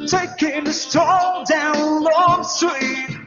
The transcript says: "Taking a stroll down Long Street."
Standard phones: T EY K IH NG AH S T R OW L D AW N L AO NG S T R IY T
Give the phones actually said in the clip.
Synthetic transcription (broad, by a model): T EY K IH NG AH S T OW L D AW N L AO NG S T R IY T